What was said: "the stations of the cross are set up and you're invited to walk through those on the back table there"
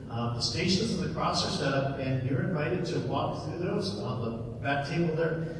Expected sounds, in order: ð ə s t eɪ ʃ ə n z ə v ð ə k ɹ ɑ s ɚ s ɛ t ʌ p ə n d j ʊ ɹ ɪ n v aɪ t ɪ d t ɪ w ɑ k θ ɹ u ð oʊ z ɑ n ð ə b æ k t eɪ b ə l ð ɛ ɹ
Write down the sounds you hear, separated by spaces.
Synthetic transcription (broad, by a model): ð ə s t eɪ ʃ ə n z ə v ð ə k ɹ ɑ s ɚ s ɛ t ʌ p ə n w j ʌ ɹ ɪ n v aɪ t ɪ d t ɪ w ɑ k θ ɹ u ð oʊ z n ð ə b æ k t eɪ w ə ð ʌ ɹ